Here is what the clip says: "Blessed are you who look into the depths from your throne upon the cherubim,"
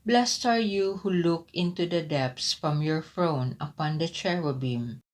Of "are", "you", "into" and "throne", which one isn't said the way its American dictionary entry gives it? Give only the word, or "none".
throne